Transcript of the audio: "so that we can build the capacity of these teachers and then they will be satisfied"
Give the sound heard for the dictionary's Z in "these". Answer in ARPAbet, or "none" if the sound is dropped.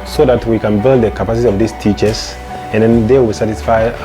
S